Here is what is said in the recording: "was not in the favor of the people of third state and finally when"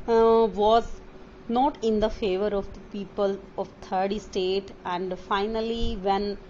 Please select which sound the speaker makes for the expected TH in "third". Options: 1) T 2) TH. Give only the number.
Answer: 1